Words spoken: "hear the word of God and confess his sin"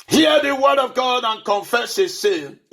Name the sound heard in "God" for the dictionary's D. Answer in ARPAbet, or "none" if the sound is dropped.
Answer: D